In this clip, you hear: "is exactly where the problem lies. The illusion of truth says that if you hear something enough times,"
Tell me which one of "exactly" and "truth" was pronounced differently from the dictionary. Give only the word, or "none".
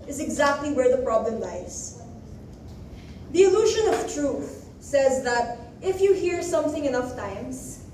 none